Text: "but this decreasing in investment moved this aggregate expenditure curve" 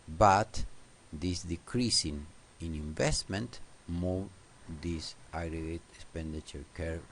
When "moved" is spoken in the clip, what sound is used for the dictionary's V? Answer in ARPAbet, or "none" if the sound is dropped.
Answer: none